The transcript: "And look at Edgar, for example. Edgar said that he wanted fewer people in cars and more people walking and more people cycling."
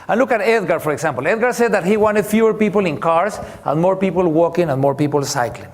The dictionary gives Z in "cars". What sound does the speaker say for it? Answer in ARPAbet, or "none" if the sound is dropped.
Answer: S